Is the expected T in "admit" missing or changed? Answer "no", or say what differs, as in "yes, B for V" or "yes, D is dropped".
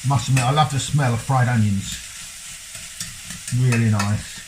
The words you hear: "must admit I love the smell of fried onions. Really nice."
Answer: yes, T is dropped